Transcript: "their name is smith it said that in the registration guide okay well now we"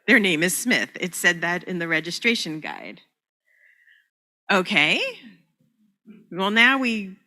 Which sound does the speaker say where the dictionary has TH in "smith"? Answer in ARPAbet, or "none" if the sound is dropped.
TH